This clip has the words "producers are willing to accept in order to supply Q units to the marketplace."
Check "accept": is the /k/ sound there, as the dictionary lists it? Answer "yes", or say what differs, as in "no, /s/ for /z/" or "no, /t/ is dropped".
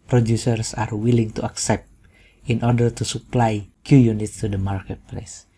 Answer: yes